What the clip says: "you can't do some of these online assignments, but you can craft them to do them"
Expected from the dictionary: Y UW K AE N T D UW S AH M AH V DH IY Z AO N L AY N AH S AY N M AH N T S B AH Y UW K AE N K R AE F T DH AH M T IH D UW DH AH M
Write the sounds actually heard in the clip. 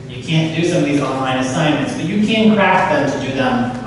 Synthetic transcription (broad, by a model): Y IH K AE N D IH S AH M AH V DH IY Z AO N L AY N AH S AY N M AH N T S B AH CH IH K AE N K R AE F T DH AH M T IH D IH DH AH M